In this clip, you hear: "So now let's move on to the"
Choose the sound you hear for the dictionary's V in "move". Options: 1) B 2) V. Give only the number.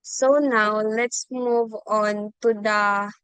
2